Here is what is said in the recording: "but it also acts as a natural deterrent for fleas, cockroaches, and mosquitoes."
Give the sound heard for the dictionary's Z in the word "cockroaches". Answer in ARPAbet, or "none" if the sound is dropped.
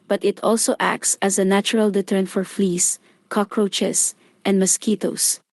S